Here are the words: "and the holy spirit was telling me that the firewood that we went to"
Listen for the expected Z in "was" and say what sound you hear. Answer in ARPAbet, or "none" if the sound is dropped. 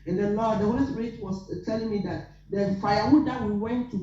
S